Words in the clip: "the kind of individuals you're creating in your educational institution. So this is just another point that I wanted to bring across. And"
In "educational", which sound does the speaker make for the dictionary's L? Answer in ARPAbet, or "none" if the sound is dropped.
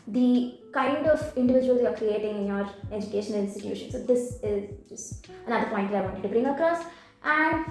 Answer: N